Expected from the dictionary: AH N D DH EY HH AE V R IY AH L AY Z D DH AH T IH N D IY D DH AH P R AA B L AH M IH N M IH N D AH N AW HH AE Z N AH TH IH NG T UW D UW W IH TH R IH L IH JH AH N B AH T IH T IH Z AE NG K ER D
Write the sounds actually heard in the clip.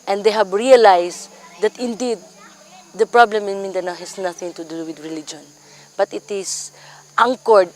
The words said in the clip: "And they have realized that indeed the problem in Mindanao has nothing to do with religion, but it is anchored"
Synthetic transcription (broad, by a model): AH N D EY HH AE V R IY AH L AY S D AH T IH N D IY D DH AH P R AA B L AH M IH N M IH N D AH N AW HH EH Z N AH TH IH NG T UW D UW W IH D R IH L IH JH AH N B AH T IH T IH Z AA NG K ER D